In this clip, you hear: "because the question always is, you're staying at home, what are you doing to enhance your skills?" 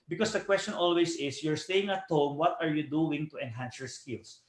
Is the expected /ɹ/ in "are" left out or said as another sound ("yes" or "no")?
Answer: no